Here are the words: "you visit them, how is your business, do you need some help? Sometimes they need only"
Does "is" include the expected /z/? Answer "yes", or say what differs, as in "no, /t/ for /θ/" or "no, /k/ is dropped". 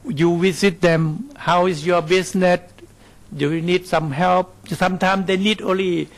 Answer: no, /s/ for /z/